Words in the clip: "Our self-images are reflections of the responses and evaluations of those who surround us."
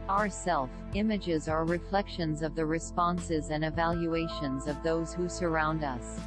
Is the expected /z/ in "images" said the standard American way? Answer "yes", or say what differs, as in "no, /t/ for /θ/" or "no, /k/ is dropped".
yes